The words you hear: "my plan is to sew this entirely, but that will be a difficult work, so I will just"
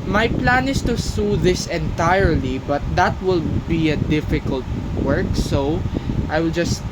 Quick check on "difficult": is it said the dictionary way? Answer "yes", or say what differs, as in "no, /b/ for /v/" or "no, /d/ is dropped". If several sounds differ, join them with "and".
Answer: yes